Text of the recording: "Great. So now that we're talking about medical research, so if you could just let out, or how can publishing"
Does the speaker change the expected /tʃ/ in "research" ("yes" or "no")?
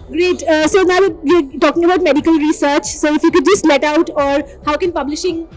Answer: no